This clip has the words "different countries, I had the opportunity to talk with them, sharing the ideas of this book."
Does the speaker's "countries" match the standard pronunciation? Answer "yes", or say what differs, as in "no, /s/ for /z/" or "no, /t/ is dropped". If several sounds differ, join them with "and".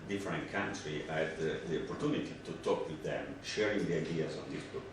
no, /z/ is dropped